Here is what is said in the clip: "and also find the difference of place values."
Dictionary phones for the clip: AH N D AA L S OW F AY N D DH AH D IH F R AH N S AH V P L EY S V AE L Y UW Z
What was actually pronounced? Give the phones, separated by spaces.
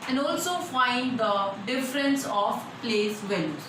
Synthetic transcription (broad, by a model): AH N D AA L S OW F AY N D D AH D IH F R AH N S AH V P L EY S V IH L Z